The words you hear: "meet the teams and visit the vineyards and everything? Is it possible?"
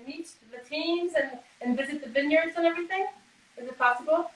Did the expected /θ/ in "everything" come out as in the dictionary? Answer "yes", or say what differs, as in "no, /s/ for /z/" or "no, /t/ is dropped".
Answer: yes